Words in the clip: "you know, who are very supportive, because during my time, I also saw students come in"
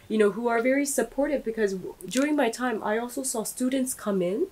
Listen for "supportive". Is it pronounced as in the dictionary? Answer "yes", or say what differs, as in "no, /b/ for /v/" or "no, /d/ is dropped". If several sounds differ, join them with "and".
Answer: yes